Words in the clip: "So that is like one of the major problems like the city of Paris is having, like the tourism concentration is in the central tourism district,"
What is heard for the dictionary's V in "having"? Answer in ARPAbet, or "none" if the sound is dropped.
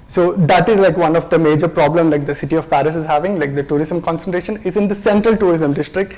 V